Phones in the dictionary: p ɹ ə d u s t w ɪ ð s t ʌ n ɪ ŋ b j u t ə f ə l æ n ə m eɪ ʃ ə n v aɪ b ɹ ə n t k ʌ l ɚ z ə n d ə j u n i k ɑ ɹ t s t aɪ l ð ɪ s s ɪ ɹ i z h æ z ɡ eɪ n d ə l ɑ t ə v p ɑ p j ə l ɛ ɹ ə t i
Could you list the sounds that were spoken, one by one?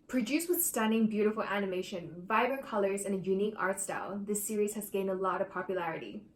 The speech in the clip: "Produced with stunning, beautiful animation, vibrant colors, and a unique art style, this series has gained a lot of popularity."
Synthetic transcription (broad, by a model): p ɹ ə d u s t w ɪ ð s t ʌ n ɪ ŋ b j u t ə f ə l æ n ə m eɪ ʃ ə n v aɪ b ɹ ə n k ʌ l ɚ z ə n ə j u n i k ɑ ɹ t s t aɪ l ð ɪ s s ɪ ɹ i z h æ z ɡ eɪ n d ə l ɑ t ə v p ɑ p j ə l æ ɹ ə t i